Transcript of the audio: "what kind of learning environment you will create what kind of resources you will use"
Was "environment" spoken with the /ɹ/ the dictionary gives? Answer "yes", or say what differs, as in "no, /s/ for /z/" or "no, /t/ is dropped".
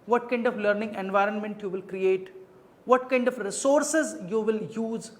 yes